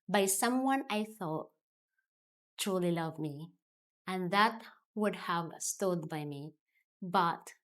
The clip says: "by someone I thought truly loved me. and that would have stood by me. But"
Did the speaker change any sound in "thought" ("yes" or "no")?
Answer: no